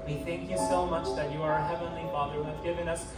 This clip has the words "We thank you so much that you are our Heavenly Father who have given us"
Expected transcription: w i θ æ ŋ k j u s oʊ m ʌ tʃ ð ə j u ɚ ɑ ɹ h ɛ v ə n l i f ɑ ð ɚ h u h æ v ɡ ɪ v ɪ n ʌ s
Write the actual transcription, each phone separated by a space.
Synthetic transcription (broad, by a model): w i θ æ ŋ k j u s oʊ m ʌ tʃ ð ə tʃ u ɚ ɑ ɹ h ɛ v ə n l i f ɑ ð ɚ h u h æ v ɡ ɪ v ɪ n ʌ s